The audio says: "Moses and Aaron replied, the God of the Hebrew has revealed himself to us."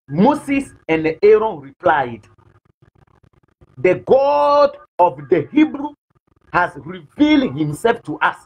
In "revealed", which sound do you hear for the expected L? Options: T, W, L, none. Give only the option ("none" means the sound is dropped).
L